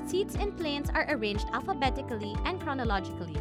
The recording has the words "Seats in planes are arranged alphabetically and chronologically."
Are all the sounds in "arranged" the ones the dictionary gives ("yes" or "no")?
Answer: yes